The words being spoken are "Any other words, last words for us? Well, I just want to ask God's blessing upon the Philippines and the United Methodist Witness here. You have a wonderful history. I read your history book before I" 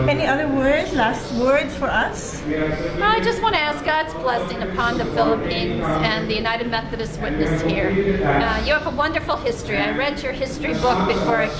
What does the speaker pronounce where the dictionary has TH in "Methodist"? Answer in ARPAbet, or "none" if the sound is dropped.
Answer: TH